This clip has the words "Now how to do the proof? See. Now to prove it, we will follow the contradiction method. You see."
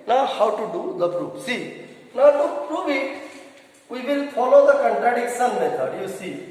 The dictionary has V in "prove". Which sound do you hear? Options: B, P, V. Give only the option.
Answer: B